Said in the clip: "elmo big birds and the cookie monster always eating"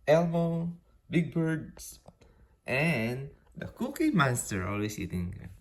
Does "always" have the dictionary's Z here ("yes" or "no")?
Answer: no